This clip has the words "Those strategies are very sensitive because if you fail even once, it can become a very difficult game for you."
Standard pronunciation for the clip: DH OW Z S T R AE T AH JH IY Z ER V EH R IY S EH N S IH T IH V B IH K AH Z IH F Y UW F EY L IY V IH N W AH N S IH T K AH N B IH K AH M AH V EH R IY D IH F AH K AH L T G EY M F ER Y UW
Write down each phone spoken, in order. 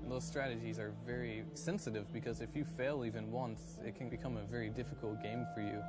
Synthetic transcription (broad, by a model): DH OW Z S T R AE T AH JH IY Z ER V EH R IY S EH N S IH T IH V B IH K AH Z IH F Y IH F EY L IY V IH N W AH N S IH T K AH N B IH K AH M AH V EH R IY D IH F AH K L T G EY M F ER Y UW